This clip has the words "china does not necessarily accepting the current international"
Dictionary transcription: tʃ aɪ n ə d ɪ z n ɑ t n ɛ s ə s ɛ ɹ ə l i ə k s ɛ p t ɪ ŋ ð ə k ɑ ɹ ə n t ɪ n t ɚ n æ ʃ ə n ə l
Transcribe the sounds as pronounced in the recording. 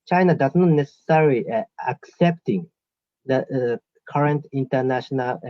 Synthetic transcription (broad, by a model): tʃ aɪ n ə d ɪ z n ɑ t n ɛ s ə s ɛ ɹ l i ə k s ɛ p t ɪ ŋ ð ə k ɑ ɹ ə n t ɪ n t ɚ n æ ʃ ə n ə l